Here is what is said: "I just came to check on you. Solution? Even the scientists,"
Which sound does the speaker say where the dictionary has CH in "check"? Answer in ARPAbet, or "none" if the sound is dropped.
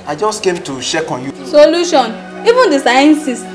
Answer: SH